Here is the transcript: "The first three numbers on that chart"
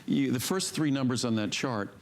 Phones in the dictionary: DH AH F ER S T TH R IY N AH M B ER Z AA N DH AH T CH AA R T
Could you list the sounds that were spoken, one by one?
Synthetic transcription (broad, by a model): DH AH F ER S T TH R IY N AH M B ER Z N DH AH T CH AA R T